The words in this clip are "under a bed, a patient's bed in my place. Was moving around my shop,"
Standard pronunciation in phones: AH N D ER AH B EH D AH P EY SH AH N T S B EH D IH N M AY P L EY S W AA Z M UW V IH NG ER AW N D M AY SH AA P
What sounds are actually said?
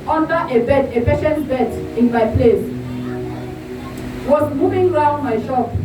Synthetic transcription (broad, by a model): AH N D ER AH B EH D AH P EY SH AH N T B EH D IH N M AY P L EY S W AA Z M UW V IH NG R AW N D M AY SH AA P